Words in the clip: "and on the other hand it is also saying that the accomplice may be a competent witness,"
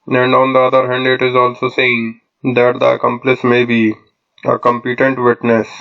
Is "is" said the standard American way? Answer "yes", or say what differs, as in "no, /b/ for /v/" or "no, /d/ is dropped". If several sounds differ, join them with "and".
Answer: yes